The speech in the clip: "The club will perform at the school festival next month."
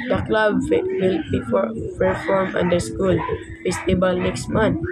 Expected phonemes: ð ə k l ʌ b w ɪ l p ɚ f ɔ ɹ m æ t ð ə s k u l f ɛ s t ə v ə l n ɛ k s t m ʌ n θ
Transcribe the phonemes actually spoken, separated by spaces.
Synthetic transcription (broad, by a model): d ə k l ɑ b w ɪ l p ɚ f ɔ ɹ m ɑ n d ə s k u l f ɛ s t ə b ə l n ɛ k s t m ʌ n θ